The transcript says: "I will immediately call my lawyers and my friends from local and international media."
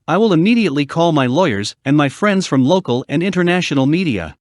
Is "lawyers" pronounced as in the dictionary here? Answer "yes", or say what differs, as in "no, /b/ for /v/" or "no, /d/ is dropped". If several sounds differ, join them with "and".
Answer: yes